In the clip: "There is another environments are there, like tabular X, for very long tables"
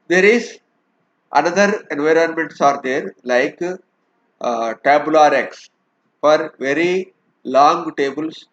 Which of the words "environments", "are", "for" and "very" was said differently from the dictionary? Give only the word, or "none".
none